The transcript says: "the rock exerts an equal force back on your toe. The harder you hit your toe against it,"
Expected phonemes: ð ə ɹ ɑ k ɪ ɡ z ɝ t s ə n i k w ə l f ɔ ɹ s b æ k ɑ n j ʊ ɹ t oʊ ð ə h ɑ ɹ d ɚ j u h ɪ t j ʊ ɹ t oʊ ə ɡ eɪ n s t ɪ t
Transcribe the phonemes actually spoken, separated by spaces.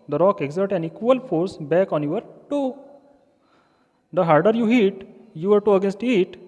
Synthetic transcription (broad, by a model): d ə ɹ ɑ k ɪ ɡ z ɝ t ə n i k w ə l f ɔ ɹ s b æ k ɑ n j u ɹ t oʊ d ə h ɑ ɹ d ɚ j u h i t j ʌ ɹ t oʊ ə ɡ eɪ n s t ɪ t